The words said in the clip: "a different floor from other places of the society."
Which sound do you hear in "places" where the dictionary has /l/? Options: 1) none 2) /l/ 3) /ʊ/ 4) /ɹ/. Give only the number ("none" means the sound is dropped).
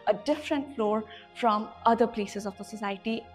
2